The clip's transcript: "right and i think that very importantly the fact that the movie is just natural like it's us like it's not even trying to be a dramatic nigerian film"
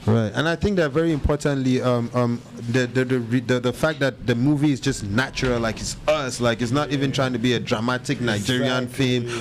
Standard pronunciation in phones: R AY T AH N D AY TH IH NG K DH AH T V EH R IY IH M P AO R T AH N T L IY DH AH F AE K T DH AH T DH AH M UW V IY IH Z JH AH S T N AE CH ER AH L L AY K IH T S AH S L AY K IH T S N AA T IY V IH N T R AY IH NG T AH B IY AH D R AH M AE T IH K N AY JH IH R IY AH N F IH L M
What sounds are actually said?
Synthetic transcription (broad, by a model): R AY T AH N AY TH IH NG K DH AH T V EH R IY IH M P AO R T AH N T L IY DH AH F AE K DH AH T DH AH M UW V IY IH Z JH AH S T N AE CH ER AH L L AY K IH T S AH S L AY K IH T S N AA T IY V IH N T R AY IH NG T AH B IY AH D R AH M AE T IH K N AY JH IH R IY AH N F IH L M